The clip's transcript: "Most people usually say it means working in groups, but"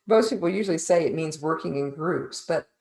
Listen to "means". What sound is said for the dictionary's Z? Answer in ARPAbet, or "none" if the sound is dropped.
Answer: Z